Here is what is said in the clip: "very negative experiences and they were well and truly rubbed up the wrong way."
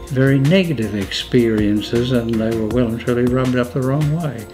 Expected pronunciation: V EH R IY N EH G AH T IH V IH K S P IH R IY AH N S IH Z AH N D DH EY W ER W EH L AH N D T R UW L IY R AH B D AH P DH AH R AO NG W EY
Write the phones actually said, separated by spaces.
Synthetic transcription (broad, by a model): V EH R IY N EH G AH T IH V IH K S P IH R IY AH N S IH Z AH N DH EY W ER W EH L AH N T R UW L IY R AH B D AH P DH AH R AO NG W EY